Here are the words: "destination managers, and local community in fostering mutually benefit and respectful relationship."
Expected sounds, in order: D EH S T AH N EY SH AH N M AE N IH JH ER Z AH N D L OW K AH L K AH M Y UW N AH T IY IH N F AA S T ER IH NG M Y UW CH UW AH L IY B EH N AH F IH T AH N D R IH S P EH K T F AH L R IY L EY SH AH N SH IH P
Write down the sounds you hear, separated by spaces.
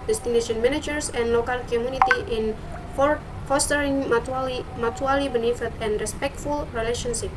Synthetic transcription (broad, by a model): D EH S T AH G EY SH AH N M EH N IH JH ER S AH N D L OW K AH L K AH M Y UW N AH T IY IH N F AA S T ER IH NG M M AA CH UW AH L IY B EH N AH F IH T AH N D R IH S P EH K T F AH L R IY L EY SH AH N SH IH P